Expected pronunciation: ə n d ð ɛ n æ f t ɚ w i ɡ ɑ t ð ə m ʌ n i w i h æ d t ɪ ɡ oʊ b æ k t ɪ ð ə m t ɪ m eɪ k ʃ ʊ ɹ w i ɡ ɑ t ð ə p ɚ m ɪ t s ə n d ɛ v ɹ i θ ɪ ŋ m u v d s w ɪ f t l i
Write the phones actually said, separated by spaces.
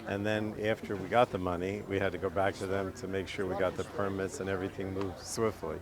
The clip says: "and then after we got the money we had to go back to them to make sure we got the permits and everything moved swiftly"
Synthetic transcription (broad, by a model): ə n ð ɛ n æ f t ɚ w i ɡ ɑ t ð ə m ʌ n i w i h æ d t ɪ ɡ oʊ b æ k t ɪ ð ə m t ɪ m eɪ k ʃ ʊ ɹ w i ɡ ɑ t ð ə p ɚ m ɪ t s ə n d ɛ v ɹ i θ ɪ ŋ m u v d s w ɪ f t l i